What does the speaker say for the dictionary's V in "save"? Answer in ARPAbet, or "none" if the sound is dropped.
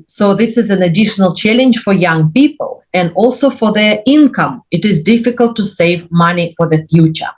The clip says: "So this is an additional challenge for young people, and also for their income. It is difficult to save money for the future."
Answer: V